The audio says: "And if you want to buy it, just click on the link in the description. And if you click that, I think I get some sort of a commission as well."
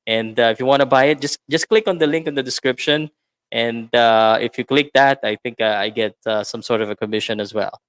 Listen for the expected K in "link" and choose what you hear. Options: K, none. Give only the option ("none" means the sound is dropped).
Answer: K